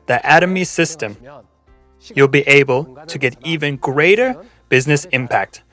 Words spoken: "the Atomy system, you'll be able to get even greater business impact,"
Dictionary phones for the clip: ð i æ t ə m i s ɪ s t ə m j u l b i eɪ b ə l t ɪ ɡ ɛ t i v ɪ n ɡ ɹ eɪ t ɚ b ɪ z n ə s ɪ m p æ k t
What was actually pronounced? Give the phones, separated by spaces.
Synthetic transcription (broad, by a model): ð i æ t ə m i s ɪ s t ə m j u l b i eɪ b ə l t ɪ ɡ ɛ t i v ɪ n ɡ ɹ eɪ t ɚ b ɪ z n ə s ɪ m p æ k t